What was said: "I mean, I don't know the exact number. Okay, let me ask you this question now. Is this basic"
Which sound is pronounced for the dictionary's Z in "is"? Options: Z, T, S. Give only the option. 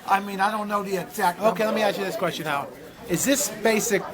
Z